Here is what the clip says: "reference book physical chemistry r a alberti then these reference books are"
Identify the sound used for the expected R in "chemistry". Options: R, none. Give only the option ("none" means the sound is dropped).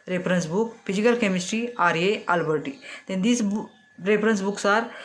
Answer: R